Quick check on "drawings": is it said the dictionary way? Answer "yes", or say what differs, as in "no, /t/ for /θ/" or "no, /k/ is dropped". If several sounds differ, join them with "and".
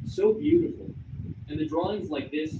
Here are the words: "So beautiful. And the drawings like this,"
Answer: yes